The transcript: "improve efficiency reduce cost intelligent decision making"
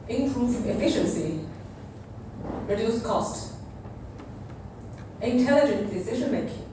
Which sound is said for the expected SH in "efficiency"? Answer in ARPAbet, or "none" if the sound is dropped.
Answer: SH